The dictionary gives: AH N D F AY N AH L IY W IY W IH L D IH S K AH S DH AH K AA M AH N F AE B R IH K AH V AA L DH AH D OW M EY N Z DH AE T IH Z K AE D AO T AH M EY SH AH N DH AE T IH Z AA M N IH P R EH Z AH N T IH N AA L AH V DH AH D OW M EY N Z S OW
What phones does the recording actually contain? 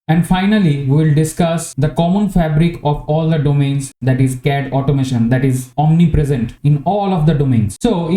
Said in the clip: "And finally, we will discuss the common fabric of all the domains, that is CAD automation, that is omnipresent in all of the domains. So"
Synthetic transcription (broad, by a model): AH N D F AY N AH L IY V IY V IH L D IH S K AH S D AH K AA M AH N F AE B R IH K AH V AA L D AH D OW M EY N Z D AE T IH Z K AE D AO T AH M EY SH AH N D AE T IH Z AA M N IH P R EH Z AH N T IH N AA L AH V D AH D OW M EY N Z S OW